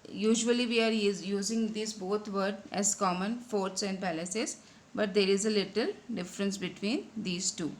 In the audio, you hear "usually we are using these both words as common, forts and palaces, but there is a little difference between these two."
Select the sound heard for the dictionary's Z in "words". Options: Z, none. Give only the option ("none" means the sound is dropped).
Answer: none